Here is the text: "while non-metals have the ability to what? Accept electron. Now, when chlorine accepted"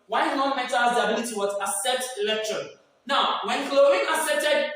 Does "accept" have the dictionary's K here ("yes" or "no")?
no